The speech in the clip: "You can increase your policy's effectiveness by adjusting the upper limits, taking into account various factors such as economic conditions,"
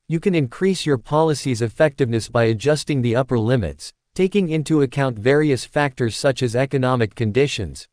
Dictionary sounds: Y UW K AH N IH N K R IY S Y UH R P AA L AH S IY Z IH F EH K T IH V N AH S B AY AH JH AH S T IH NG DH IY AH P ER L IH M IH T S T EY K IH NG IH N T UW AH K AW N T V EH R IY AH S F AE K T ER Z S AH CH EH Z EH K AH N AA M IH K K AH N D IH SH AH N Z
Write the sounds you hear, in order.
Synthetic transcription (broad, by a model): Y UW K AH N IH N K R IY S Y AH R P AA L AH S IY Z IH F EH K T IH V N AH S B AY AH JH AH S T IH NG DH IY AH P ER L IH M IH T S T EY K IH NG IH N T UW AH K AW N T V EH R IY AH S F AE K T ER Z S AH CH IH Z EH K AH N AA M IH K K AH N D IH SH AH N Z